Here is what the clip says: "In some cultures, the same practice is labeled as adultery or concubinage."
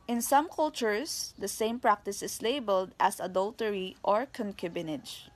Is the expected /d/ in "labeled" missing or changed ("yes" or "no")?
no